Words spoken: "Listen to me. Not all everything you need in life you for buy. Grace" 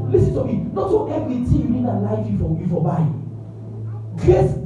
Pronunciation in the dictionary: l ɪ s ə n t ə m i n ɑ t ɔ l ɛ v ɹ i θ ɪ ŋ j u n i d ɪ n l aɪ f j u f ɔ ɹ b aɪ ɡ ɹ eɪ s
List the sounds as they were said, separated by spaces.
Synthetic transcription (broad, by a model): l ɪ s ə n t ə m i n ɑ t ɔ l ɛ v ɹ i t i j u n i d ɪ l aɪ f j u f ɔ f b aɪ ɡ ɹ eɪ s